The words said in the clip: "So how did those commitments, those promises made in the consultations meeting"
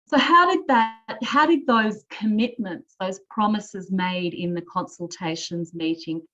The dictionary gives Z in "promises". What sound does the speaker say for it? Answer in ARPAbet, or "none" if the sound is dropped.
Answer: Z